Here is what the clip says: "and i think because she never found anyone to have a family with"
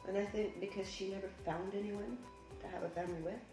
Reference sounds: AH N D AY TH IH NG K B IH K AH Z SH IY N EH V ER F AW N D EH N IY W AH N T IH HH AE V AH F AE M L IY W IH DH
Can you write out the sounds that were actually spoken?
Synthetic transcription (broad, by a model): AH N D AY TH IH NG K B IH K AH Z SH IY N EH V ER F AW N D EH N IY W AH N T IH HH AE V AH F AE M IY W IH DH